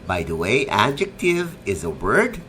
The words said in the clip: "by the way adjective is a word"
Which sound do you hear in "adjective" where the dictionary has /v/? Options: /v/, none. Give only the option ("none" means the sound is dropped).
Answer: /v/